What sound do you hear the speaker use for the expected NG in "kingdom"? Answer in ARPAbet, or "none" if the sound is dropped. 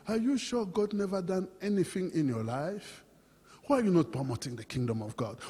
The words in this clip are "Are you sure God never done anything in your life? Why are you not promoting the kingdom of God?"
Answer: NG